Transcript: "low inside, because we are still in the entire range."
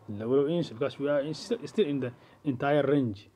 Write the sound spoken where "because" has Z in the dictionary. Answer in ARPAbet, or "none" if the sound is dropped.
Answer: S